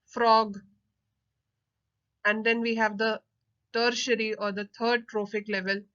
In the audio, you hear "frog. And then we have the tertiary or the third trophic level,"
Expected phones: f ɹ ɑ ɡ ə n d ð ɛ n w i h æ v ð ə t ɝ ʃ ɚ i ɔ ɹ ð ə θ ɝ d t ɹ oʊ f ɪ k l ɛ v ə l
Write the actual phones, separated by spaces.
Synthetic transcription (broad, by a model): f ɹ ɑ ɡ ə n d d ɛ n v i h æ v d ə t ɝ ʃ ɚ i ɔ ɹ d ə t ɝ d t ɹ oʊ f ɪ k l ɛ v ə l